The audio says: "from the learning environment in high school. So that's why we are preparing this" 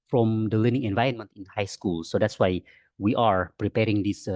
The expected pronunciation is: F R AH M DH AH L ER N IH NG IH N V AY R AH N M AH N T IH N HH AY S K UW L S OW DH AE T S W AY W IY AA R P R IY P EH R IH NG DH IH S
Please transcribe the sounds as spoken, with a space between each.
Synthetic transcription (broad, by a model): F R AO M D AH L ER N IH NG IH N V AY R AH N M AH N T IH N HH AY S K UW L S OW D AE T S W AY W IY AA R P R IY P EH R IH NG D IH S